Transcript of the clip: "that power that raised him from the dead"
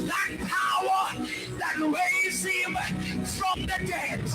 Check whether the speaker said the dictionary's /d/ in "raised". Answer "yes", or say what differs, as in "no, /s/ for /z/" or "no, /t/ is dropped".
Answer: no, /d/ is dropped